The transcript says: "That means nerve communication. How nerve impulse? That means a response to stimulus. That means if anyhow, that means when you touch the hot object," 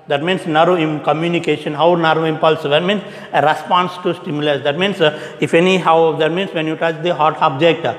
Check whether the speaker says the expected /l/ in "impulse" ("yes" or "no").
yes